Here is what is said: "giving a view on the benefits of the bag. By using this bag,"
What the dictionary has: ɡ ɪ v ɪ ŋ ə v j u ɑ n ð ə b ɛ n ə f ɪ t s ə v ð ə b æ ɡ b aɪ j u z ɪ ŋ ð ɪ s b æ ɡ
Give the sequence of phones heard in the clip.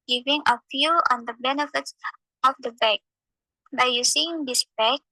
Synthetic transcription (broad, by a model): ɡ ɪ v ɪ ŋ ə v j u ɑ n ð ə b ɛ n ə f ɪ t s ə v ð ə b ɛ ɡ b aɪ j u s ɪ ŋ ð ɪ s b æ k